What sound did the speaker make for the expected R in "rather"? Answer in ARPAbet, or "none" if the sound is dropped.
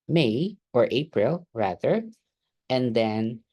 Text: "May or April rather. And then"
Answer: R